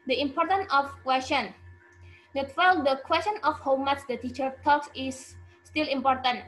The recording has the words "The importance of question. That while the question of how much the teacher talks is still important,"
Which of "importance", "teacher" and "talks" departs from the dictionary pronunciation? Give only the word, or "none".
importance